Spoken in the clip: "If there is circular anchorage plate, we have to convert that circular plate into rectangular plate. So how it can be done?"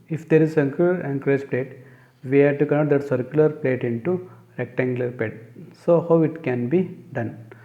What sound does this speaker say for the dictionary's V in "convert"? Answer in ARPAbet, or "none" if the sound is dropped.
none